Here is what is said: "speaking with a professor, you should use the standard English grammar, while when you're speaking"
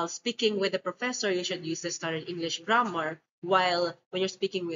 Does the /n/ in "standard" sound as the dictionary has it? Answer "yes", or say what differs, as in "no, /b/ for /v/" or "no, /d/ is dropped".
no, /n/ is dropped